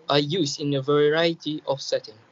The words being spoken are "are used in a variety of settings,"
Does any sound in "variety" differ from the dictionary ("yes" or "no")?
no